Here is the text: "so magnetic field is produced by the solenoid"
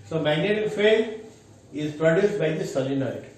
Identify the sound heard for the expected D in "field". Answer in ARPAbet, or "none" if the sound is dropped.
none